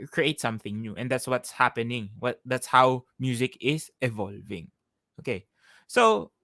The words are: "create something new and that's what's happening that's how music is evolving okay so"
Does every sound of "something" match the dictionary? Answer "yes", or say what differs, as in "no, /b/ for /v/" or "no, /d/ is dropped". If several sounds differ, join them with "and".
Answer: yes